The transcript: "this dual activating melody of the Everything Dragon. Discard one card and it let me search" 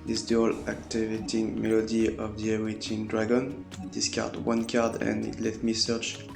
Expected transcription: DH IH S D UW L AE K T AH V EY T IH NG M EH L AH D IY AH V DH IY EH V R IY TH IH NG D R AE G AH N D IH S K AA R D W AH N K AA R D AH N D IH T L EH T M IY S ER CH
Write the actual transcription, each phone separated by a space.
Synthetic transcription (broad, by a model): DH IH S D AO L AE K T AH V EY T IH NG M EH L AH D IY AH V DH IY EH R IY T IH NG D R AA G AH N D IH S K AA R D W AH N K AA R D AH N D IH T L EH T M IY S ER CH